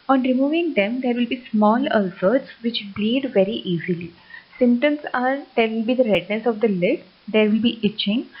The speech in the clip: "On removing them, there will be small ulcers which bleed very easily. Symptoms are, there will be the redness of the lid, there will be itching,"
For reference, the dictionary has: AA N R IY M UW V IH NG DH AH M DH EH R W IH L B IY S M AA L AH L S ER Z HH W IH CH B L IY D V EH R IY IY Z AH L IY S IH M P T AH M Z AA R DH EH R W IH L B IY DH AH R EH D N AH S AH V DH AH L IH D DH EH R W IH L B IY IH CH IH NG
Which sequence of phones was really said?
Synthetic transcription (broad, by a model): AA N R IY M UW V IH NG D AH M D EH R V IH L B IY S M AA L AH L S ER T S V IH CH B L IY D V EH R IY IY Z AH L IY S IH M T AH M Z AA R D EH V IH L B IY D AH R EH D N AH S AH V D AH L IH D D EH R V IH L B IY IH CH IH NG